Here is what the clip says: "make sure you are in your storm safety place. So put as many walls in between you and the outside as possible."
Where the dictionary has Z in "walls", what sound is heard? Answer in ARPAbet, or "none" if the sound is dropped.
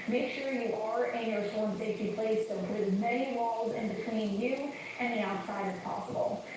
Z